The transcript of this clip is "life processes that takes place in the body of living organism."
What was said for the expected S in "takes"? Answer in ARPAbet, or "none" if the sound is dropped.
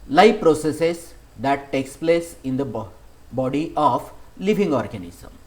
S